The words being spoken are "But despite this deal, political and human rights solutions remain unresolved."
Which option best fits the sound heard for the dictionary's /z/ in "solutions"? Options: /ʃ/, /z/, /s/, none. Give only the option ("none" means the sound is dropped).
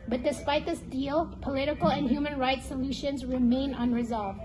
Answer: /z/